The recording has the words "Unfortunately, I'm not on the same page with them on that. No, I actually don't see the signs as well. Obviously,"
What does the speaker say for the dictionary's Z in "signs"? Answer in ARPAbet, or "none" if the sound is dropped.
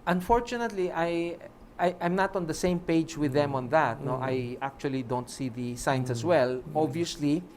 S